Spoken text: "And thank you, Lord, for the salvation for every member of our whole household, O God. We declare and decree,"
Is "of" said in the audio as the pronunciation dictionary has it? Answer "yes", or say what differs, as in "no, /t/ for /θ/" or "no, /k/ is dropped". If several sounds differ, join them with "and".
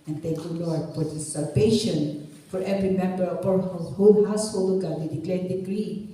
no, /p/ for /v/